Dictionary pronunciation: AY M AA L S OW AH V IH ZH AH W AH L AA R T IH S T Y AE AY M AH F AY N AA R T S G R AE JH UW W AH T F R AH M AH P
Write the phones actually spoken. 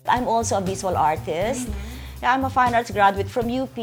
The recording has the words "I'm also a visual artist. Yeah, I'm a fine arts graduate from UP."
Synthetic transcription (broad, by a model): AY M AA L S OW AH B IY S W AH L AA R T IH S T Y AY M AH F AY N AA R T S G R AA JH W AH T F R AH M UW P